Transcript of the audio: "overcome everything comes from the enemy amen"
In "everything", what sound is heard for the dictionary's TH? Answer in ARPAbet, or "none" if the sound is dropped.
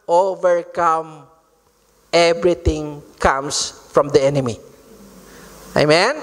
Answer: T